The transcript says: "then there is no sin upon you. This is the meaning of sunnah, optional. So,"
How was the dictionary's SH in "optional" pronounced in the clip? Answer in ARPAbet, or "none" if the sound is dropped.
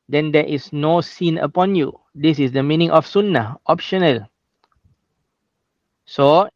SH